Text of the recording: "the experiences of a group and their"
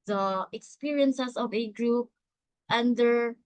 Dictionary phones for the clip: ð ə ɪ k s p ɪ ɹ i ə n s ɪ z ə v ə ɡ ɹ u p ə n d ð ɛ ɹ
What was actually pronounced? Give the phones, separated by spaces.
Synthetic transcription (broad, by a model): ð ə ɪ k s p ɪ ɹ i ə n s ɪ s ə v ə ɡ ɹ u p ə n d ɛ ɹ